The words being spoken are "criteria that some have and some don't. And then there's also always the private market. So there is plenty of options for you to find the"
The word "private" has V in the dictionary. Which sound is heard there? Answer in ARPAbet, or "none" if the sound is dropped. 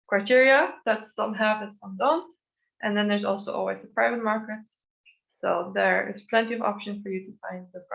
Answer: V